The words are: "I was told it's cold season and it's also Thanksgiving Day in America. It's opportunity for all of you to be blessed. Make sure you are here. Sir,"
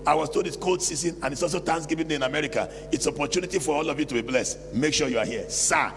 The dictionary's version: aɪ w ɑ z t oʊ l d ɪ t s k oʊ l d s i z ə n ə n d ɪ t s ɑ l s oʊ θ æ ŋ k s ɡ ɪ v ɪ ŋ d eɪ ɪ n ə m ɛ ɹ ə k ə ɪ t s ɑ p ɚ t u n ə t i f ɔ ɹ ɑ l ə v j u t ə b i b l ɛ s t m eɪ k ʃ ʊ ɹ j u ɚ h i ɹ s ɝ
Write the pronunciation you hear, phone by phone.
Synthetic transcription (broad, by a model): aɪ w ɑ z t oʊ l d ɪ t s k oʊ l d s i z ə n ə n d ɪ t s ɑ l s oʊ t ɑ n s ɡ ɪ v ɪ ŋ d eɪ ɪ n ə m ɛ ɹ ə k ə ɪ t s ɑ p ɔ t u n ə t i f ɔ ɹ ɑ l ə v j u t ə b i b l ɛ s m eɪ k ʃ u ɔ j u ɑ h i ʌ s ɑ